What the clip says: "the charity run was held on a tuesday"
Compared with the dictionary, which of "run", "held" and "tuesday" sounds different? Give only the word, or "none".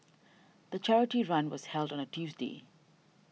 none